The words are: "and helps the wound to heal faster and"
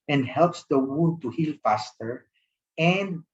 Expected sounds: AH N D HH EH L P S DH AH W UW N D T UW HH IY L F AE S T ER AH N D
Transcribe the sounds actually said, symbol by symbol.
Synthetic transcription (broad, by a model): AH N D HH EH L P S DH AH W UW D T UW HH IY L F AE S T ER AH N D